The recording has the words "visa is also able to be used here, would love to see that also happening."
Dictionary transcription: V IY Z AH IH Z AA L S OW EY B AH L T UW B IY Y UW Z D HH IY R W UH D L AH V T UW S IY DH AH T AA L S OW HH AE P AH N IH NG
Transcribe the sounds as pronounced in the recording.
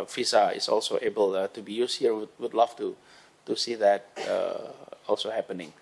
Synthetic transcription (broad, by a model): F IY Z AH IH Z AA L S OW EY B AH L T UW B IY Y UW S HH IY W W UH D L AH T T UW S IY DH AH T AA L S OW HH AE P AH N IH NG